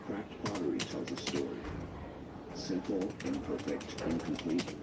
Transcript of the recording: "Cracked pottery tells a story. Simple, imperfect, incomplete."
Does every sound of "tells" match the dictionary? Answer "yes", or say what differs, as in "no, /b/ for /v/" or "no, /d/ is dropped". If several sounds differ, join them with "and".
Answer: yes